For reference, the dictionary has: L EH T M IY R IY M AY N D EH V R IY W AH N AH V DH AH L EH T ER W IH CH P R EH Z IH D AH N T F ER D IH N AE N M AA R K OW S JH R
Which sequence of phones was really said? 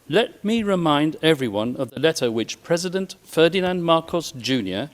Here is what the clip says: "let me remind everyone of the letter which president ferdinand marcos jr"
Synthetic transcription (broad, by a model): L EH T M IY R IY M AY N D EH V R IY W AH N AH V DH AH L EH T ER W IH CH P R EH Z IH D AH N T F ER D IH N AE N M AA R K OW S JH R